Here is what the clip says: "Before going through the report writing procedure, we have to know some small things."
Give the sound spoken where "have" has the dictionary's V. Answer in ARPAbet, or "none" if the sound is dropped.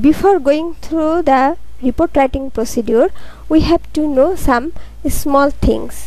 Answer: B